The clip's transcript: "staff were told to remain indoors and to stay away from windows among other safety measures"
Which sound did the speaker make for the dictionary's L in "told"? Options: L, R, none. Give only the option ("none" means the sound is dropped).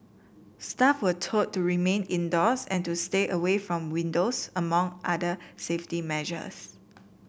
none